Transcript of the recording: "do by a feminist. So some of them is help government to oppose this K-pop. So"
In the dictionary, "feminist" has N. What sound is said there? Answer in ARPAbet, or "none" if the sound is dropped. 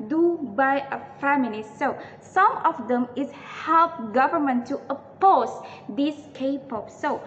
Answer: L